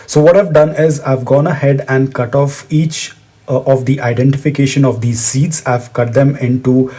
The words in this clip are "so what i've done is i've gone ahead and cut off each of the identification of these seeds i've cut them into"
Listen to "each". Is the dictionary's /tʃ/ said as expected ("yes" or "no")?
yes